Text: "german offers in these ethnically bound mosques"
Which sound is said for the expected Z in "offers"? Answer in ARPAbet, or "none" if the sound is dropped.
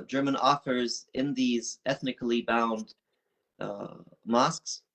Z